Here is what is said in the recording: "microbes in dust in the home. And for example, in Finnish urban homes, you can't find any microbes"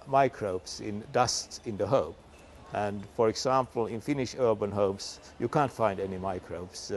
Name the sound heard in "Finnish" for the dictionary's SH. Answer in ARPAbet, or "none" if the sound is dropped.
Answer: SH